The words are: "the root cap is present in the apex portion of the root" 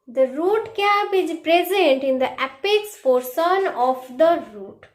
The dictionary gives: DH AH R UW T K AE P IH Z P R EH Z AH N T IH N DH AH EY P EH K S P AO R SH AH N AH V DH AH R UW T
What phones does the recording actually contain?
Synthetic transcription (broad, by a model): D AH R UW T K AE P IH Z P R EH Z AH N T IH N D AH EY P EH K S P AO R S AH N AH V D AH R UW T